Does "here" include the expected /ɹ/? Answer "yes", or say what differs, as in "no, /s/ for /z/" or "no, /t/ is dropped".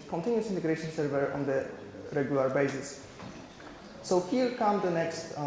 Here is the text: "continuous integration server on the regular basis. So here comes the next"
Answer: no, /l/ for /ɹ/